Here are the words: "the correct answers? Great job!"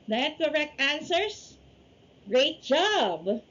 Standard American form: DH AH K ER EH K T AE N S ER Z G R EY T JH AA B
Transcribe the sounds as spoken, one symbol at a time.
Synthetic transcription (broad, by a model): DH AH K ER EH K T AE N S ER S G R EY T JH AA B